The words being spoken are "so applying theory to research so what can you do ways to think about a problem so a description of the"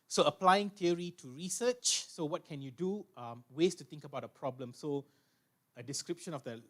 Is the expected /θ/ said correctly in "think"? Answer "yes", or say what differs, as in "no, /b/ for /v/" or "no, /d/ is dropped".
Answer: no, /t/ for /θ/